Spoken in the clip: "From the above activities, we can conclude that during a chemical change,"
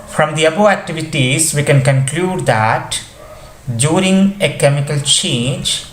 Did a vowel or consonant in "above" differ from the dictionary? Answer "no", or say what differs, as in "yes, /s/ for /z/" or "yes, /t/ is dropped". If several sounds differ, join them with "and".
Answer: yes, /v/ is dropped